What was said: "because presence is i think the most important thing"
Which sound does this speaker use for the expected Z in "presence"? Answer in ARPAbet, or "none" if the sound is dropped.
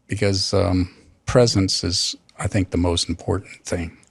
Z